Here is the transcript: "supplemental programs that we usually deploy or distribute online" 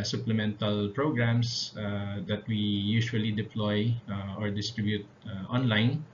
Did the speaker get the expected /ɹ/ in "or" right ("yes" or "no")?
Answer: yes